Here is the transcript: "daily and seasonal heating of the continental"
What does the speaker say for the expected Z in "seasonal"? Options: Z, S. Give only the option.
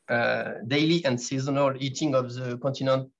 Z